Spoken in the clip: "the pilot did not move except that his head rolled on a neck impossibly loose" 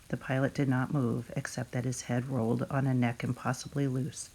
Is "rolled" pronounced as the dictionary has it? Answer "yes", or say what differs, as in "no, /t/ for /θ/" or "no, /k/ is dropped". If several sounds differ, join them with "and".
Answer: yes